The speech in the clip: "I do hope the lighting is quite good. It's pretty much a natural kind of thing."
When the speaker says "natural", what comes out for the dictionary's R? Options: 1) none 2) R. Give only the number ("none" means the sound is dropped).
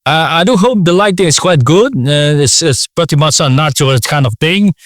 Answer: 1